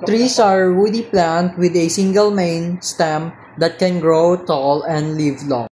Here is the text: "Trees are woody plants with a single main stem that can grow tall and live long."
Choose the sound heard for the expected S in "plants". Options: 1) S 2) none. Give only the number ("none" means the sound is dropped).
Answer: 2